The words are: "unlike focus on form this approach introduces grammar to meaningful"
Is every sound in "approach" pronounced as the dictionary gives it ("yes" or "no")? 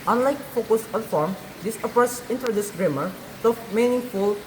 no